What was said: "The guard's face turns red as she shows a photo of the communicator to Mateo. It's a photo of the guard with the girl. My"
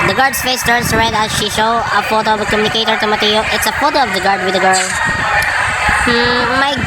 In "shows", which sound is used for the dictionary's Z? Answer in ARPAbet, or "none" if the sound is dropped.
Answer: none